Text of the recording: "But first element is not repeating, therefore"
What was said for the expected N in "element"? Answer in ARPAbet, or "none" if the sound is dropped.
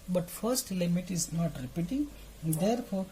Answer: none